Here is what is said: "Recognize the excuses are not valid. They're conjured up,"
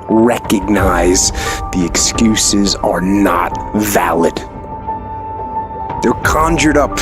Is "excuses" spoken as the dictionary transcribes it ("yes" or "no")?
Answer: yes